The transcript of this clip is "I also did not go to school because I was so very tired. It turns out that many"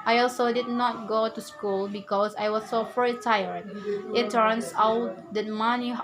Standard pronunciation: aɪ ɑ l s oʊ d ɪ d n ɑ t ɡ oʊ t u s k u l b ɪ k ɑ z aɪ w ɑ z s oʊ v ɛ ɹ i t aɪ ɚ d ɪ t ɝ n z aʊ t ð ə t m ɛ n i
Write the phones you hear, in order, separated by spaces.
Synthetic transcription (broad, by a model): aɪ ɑ l s oʊ d ɪ d n ɑ t ɡ oʊ t u s k u l b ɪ k ɑ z aɪ w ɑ s oʊ f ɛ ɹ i t aɪ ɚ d ɪ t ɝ n s aʊ t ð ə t m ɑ n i